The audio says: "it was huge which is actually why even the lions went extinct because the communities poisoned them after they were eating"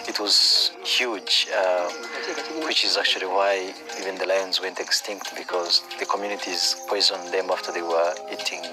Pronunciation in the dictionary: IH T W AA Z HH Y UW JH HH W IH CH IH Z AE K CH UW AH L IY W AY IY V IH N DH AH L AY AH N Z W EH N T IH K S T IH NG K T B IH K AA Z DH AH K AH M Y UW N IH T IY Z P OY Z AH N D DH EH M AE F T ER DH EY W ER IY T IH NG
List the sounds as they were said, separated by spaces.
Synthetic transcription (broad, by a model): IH T W AA Z HH Y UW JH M W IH CH IH Z AE K CH UW AH L IY W AY IY V IH N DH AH L AY AH N Z W EH N T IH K S T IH NG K T B IH K AA Z DH AH K AH M Y UW N IH T IY Z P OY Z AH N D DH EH M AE F T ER DH EY W ER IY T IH NG